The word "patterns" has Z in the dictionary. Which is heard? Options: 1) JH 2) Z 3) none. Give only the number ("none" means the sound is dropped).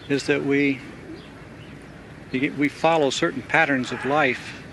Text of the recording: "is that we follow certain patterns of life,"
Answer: 2